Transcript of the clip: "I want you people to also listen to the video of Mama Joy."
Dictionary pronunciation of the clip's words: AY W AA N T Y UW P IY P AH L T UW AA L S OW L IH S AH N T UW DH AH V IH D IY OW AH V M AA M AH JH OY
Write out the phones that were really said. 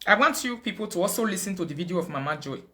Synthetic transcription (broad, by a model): AY W AA N T Y UW P IY P AH L T UW AA L S OW L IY S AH N T UW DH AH V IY D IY OW AH V M AA M AH JH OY